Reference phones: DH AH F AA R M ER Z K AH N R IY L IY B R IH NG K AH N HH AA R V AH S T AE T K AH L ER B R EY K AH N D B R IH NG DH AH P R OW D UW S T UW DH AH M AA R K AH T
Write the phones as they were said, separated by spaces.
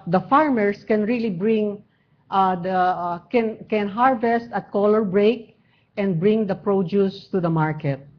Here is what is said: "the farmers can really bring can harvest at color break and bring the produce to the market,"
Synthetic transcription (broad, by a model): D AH F AA R M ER S K AH N R IY L IY B R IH NG K AH N HH AA R V AH S T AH T K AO L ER B R EY K AH N D B R IH NG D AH P R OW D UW S T UW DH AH M AA R K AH T